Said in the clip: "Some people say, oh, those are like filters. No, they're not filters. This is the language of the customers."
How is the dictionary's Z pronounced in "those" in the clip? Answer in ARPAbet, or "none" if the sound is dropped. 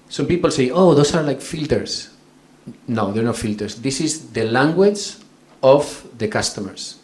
S